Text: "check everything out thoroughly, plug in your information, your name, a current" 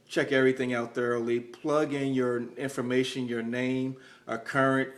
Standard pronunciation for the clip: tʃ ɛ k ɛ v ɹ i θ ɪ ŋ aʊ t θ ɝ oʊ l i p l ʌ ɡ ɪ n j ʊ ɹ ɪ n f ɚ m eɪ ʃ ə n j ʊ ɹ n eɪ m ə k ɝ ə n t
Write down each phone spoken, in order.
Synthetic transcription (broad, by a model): tʃ ɛ k ɛ v ɹ i θ ɪ ŋ aʊ t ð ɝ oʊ l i p l ʌ ɡ ɪ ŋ j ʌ ɹ ɪ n f ɚ m eɪ ʃ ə n j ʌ ɹ n eɪ m ə k ɝ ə n t